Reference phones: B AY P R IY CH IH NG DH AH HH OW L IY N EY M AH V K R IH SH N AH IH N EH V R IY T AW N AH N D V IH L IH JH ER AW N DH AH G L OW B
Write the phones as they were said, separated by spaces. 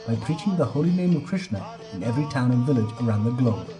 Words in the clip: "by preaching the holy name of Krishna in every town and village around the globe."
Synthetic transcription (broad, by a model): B AY P R IY CH IH NG DH AH HH OW L IY N EY M AH V K R IH SH N AH IH N EH V R IY T AW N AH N V IH L IH JH ER AW N DH AH G L OW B